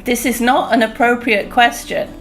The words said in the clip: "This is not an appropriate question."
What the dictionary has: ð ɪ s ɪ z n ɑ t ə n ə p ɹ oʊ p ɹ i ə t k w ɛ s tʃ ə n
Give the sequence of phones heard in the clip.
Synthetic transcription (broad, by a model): ð ɪ s ɪ z n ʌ t ə n ə p ɹ oʊ p ɹ i ə t k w ɛ s tʃ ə n